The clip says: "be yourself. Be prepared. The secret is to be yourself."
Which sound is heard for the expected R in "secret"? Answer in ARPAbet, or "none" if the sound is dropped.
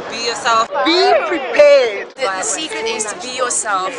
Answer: none